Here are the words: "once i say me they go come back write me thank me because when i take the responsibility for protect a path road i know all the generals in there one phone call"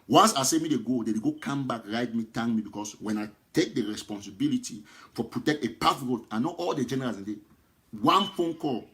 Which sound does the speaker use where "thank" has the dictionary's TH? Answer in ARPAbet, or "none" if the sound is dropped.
T